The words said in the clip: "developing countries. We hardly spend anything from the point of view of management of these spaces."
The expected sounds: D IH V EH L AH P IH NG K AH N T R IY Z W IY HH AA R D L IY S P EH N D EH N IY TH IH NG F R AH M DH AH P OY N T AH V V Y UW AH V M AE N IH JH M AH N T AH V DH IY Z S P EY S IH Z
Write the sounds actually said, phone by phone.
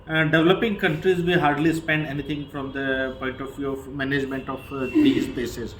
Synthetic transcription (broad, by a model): D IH V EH L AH P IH NG K AH N T R IY Z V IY HH AA R D L IY S P EH N D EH N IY T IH NG F R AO M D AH P OY N T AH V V Y UW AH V M AE N IH JH M AH N T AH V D IY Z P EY S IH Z